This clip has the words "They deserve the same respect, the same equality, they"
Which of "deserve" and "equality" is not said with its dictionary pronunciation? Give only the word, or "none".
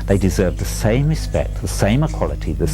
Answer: none